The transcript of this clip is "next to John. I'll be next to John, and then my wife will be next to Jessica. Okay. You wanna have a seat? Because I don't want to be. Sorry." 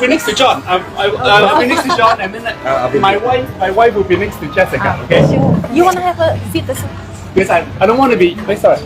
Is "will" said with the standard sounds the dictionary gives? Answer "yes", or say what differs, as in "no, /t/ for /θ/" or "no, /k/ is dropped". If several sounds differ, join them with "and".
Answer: no, /w/ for /l/